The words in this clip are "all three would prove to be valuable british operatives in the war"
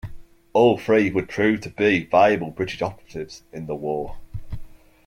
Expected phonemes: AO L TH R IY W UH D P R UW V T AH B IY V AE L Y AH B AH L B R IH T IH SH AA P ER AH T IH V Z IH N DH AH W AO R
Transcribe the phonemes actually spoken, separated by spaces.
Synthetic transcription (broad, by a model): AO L F R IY W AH D P R UW V T AH B IY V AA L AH B AH L B R IH T IH SH AA P ER AH T IH V Z IH N DH AH W AO